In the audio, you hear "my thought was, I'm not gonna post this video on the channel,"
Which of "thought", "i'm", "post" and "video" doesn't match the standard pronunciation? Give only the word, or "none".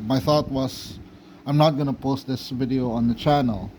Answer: none